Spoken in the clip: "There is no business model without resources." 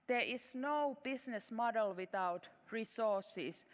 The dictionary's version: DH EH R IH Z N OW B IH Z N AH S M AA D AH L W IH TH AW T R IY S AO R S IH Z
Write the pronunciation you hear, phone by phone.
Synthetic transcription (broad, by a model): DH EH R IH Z N OW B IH S N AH S M AA D AH L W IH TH AW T R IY S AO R S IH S